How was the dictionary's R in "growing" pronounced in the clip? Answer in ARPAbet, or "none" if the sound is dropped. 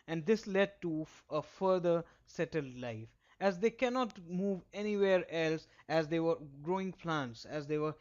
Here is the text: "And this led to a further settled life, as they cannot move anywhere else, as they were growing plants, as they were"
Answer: R